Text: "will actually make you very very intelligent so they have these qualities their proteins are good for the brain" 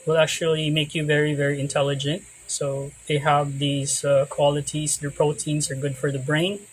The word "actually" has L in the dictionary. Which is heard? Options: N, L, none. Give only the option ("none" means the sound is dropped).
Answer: L